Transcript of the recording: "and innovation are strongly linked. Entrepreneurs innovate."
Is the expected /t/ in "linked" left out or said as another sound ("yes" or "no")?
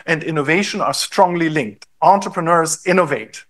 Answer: no